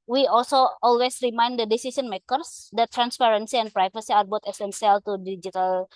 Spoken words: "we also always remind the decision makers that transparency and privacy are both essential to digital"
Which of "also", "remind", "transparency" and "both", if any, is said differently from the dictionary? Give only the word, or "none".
both